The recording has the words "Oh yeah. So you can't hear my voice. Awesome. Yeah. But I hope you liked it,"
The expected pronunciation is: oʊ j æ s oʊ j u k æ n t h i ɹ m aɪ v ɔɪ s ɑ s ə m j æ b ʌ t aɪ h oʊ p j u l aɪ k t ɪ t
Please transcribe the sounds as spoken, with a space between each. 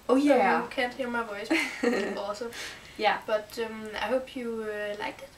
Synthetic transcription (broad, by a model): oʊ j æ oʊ k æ n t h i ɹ m aɪ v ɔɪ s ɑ s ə j æ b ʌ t aɪ h oʊ p j u l aɪ k ɪ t